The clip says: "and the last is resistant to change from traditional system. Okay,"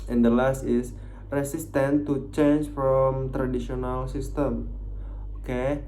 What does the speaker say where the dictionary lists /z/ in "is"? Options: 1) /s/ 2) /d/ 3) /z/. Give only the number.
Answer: 1